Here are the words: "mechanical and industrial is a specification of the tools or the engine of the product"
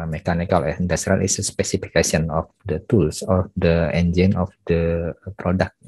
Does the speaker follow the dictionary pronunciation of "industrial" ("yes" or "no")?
no